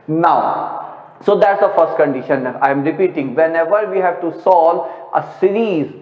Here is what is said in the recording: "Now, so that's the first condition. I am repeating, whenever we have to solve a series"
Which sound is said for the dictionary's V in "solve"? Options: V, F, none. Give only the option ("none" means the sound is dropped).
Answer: none